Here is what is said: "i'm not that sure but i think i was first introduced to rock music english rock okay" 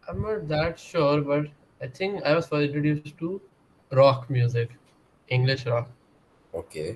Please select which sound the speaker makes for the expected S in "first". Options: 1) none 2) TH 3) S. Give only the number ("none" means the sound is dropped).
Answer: 1